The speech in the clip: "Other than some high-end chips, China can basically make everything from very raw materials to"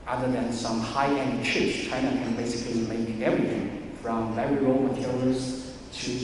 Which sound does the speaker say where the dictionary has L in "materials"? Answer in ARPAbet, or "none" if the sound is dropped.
none